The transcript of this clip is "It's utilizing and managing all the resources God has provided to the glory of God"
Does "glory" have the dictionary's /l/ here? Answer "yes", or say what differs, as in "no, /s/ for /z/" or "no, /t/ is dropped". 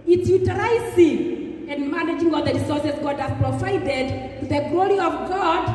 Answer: yes